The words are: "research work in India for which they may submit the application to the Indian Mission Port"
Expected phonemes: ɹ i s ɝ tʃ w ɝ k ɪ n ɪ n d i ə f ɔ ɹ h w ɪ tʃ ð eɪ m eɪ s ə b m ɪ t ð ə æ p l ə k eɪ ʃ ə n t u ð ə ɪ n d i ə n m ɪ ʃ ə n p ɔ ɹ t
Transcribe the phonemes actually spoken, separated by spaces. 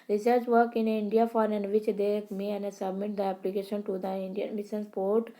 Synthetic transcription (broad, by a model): ɹ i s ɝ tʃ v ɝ k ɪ n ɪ n d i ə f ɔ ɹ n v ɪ tʃ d eɪ m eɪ s ə b m ɪ t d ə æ p l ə k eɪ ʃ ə n t u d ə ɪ n d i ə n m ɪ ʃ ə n p ɔ ɹ t